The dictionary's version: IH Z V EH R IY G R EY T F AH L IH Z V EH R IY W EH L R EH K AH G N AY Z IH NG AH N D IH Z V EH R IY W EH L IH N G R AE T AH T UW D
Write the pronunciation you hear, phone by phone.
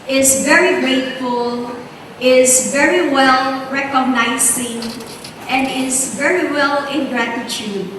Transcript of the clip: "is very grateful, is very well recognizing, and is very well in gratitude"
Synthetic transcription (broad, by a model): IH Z V EH R IY G R EY T F AH L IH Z V EH R IY W EH L R EH K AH G N AY S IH NG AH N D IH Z V EH R IY W EH L IH N G R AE T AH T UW D